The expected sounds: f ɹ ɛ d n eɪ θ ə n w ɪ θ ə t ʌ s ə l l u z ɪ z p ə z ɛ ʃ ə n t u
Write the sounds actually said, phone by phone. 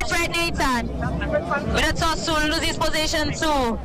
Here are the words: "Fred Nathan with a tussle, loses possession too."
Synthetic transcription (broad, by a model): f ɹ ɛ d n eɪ s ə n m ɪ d ə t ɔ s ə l n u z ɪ s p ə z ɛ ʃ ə n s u